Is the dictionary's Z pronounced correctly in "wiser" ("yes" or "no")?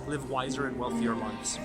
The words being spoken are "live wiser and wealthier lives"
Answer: yes